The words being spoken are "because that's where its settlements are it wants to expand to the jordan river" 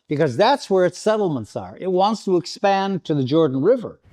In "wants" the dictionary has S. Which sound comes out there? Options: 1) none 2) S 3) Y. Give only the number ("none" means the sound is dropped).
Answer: 2